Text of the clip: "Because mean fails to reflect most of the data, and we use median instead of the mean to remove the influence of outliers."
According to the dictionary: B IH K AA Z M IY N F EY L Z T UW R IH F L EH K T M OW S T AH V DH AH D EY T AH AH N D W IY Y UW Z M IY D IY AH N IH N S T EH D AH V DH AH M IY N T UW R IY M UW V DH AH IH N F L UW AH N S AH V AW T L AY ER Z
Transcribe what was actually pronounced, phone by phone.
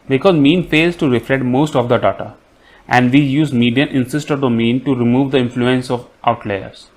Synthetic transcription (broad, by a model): B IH K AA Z M IY N F EY L Z T UW R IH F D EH T M OW S T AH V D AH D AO T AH AH N D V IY Y UW Z M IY D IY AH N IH N S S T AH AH M IY N T UW R IY M UW V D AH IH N F L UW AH N S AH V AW T L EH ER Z